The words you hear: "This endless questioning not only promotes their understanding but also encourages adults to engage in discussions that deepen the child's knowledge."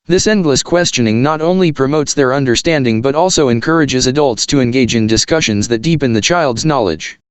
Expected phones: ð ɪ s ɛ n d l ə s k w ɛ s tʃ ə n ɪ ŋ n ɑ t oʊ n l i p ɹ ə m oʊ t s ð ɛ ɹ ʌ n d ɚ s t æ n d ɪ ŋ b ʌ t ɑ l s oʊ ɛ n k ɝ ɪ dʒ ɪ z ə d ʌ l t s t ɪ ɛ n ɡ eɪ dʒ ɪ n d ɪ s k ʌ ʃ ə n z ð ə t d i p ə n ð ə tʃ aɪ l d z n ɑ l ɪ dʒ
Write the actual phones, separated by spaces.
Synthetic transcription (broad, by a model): ð ɪ s ɛ n d l ə s k w ɛ s tʃ ə n ɪ ŋ n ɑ t oʊ n l i p ɹ ə m oʊ t s ð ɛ ɹ ʌ n d ɚ s t æ n d ɪ ŋ b ʌ t ɑ l s oʊ ɛ n k ɝ ɪ dʒ ɪ z ə d ʌ l t s t ɪ ɛ n ɡ eɪ dʒ ɪ n d ɪ s k ʌ ʃ ə n z ð ə t d i p ə n ð ə tʃ aɪ l d z n ɑ l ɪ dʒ